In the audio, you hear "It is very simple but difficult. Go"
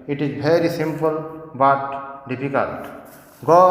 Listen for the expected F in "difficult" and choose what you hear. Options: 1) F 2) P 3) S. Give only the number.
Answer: 2